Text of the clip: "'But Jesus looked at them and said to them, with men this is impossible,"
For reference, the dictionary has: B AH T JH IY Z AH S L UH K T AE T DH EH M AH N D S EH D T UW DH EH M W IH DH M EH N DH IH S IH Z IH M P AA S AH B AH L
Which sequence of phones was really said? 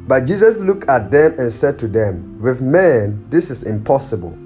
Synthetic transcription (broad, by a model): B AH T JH IY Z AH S L UH K T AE T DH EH M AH N S EH D T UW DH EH M W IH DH M EH N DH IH S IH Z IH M P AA S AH B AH L